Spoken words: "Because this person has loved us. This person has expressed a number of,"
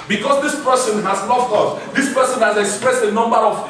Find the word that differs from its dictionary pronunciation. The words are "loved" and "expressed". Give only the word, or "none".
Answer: loved